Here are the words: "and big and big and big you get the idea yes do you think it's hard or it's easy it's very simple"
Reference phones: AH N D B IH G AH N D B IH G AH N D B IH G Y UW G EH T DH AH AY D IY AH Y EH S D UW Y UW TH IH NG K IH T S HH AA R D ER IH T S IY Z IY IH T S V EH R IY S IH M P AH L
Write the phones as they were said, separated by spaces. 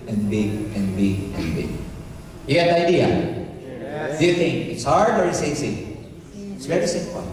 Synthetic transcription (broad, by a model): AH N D B IH G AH N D B IH G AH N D B IH G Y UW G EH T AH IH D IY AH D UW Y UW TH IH NG K IH T S HH AA R D ER IH T S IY S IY IH T S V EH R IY S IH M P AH